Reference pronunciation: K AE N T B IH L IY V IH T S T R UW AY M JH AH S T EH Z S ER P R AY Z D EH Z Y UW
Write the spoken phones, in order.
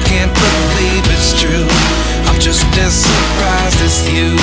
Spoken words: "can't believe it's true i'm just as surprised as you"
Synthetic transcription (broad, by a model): K AE N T B IH L IY V IH T S T R UW AY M JH AH S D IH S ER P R AY Z IH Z Y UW